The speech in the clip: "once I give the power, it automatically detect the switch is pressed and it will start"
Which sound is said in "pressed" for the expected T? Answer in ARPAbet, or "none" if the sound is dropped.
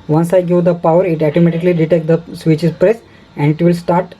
none